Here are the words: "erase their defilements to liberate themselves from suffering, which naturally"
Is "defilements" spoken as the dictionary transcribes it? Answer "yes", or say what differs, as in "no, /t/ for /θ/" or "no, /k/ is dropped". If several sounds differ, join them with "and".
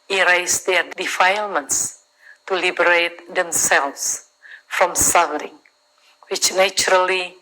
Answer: yes